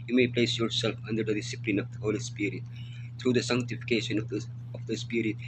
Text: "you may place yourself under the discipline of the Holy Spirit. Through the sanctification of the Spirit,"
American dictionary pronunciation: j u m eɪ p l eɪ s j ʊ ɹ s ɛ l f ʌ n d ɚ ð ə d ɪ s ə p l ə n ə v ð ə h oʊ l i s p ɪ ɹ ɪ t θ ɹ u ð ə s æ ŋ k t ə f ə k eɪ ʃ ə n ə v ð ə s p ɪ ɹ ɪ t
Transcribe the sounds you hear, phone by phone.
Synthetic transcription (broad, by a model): j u m eɪ p l eɪ s j ʊ ɹ s ɛ l f ʌ n d ɚ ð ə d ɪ s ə p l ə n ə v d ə h oʊ l i s p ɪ ɹ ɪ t t ɹ u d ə s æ ŋ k t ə f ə k eɪ ʃ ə n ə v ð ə s p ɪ ɹ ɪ t